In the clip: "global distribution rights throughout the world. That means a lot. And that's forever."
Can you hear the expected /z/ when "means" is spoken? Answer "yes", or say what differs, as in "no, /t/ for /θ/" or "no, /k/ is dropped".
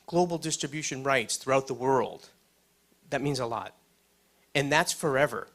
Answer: yes